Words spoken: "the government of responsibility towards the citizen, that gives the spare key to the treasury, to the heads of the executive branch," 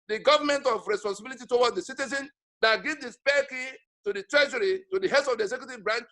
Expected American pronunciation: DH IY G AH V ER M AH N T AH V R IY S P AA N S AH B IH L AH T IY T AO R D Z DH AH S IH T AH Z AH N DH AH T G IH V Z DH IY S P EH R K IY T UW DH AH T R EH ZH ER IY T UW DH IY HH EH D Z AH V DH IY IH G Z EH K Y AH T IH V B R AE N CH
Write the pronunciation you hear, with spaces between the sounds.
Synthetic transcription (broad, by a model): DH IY G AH V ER M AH N T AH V R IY S P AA N S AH B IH L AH T IY T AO W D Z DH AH S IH T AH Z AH N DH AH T G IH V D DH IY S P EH K IY T UW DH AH T R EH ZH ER IY T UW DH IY HH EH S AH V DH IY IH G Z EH K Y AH T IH V B R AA N CH